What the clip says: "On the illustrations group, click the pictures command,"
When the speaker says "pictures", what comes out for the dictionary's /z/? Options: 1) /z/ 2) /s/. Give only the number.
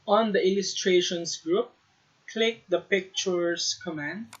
2